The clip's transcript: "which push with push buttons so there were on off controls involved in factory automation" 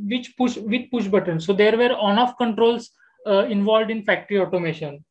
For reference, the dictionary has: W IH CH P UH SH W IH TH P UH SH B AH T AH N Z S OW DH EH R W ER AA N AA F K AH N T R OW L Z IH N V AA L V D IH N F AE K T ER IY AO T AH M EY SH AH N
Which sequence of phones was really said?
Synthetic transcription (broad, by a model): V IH CH P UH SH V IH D P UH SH B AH T AH N S OW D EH R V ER AA N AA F K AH N T R OW L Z IH N V AA L V D IH N F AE K T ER IY AO T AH M EY SH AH N